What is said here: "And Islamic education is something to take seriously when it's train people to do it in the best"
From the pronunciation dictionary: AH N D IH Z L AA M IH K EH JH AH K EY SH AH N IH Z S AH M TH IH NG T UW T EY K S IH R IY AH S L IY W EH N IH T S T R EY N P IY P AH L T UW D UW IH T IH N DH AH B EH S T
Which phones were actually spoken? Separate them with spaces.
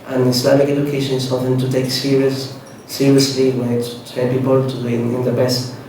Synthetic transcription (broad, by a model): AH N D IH S L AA M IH K EH JH AH K EY SH AH N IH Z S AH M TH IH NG T UW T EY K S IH R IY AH S L IY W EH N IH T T EY L P IY P AH L T UW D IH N IH N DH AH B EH S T